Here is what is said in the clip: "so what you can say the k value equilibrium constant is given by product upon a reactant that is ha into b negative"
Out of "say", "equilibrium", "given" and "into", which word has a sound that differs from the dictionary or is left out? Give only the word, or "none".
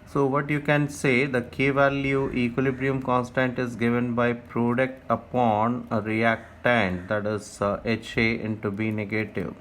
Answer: none